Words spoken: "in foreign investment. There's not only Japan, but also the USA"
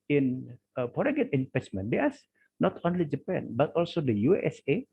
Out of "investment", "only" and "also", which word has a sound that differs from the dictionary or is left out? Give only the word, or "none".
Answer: investment